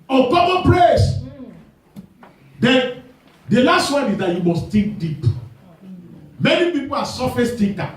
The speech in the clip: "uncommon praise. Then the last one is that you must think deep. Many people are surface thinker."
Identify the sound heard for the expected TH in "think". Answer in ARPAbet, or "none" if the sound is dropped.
T